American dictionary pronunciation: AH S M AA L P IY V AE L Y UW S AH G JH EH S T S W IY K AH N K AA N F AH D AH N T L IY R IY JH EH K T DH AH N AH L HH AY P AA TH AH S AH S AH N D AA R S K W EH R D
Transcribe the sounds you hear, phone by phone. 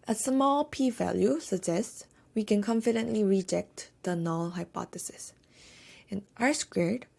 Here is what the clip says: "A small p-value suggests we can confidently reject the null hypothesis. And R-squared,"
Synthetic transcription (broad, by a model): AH S M AA L P IY V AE L Y UW S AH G JH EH S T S W IY K AH N K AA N F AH D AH N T L IY R IY JH EH K T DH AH N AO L HH AY P AA T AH S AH S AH N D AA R S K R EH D